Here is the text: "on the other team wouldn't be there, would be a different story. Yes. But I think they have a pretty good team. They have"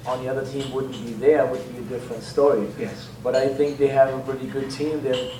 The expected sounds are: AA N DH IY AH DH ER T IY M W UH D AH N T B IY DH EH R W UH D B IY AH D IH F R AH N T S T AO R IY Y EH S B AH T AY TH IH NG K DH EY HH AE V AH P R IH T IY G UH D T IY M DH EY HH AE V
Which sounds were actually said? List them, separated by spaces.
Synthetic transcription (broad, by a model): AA N DH IY AH DH ER T IY M W UH D N B IY DH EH R W UH D B IY AH D IH F R AH N T S T AO R IY Y EH S B AH T AY TH IH NG K DH EY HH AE V AH P R IH T IY G UH D T IY M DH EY